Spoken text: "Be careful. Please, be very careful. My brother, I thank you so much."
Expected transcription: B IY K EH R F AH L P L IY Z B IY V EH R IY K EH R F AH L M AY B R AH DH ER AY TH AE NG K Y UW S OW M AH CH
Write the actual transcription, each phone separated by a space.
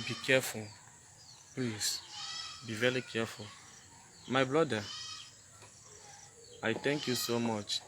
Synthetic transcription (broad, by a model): B IY K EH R F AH L P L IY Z B IY V EH R IY K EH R F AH L M AY B L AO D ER AY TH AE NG K Y UW S OW M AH CH